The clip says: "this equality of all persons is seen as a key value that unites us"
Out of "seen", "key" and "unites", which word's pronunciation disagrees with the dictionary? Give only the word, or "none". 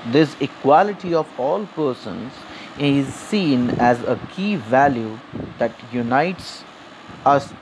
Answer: none